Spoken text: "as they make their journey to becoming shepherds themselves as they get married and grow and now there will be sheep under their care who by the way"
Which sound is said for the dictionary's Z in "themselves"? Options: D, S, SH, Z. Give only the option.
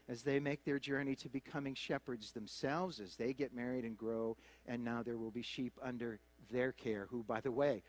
Z